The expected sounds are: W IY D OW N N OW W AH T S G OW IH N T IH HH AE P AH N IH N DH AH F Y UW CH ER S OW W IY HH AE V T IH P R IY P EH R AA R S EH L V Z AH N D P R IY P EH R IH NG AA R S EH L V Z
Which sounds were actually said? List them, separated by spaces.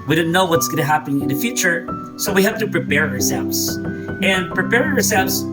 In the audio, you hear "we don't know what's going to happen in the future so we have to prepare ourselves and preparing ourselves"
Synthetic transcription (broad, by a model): W IY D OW N N OW W AH T S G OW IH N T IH HH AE P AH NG IH N DH AH F Y UW CH ER S OW W IY HH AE F T IH P R IY P EH R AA R S EH L V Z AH N P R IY P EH R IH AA R S EH L V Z